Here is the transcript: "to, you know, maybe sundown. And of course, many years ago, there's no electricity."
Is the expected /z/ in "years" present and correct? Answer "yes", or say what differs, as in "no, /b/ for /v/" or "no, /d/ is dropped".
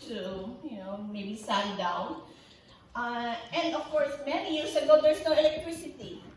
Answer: no, /s/ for /z/